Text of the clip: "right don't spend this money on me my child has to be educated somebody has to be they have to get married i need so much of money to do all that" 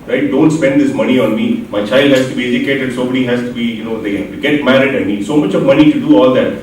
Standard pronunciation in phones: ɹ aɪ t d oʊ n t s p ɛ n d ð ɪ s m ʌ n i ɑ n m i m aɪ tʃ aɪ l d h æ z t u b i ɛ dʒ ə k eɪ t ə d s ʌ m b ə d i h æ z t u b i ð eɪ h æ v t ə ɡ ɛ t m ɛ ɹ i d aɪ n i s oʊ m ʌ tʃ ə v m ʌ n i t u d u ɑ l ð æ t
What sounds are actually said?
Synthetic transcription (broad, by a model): ɹ aɪ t d oʊ n t s p ɛ n d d ɪ s m ʌ n i ɑ n m i m aɪ tʃ aɪ l d h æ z t u b i ɛ dʒ ə k eɪ t ə d s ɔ b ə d i h æ z t u b i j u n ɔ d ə ɡ ɛ t m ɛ ɹ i d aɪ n i s oʊ m ʌ tʃ ə v m ʌ n i t u d u ɑ l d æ t